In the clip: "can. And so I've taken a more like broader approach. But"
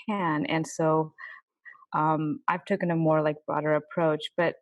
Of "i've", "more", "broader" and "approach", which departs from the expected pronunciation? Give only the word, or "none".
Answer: broader